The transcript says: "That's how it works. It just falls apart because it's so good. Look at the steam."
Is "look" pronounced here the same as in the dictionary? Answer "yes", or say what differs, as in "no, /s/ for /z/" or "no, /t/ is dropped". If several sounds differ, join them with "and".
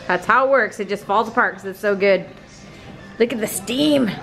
yes